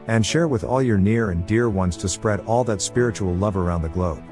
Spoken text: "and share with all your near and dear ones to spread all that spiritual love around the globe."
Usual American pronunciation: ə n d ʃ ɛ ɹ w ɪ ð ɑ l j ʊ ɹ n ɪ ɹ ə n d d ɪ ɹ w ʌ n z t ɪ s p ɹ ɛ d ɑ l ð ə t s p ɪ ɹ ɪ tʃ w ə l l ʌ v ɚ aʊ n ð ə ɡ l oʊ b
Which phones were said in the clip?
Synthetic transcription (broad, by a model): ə n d ʃ ɛ ɹ w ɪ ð ɑ l j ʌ ɹ n ɪ ɹ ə n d d ɪ ɹ w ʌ n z t ɪ s p ɹ ɛ d ɑ l ð ə t s p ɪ ɹ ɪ tʃ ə l l ʌ v ɚ aʊ n ð ə ɡ l oʊ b